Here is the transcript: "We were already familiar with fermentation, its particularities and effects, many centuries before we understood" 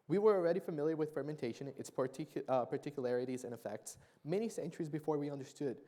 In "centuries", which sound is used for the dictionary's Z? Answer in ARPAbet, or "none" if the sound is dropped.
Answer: Z